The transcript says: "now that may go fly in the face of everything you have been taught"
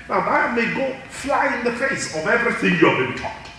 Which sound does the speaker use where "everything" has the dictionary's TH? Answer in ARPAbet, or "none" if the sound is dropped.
TH